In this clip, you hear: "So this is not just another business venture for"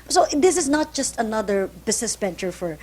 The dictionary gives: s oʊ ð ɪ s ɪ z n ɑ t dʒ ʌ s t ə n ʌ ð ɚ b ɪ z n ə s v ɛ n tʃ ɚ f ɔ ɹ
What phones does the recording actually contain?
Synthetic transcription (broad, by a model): s oʊ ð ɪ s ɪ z n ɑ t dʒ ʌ s t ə n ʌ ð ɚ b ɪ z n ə s b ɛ n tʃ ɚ f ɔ ɹ